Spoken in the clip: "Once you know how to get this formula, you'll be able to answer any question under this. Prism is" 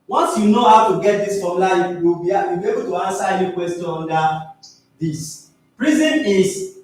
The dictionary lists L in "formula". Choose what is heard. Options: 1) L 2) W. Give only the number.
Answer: 2